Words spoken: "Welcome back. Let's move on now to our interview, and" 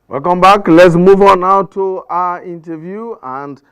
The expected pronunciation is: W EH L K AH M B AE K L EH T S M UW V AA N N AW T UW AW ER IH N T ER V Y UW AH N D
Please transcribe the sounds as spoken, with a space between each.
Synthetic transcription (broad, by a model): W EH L K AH M B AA K L EH T S M UW V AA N N AW T UW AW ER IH N T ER V Y UW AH N D